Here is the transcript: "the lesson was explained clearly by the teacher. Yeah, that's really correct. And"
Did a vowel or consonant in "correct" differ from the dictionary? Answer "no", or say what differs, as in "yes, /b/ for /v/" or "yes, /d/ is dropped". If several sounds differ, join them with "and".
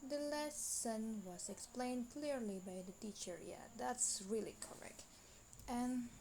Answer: no